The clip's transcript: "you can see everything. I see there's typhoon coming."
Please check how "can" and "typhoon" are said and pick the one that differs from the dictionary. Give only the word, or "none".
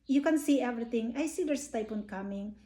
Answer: typhoon